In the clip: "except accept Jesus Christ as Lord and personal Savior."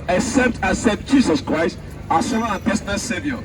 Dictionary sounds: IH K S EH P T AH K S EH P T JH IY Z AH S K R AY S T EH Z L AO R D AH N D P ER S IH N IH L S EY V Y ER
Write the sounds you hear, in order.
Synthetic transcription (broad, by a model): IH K S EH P T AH S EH T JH IY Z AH S K R AY S T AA S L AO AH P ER S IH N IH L S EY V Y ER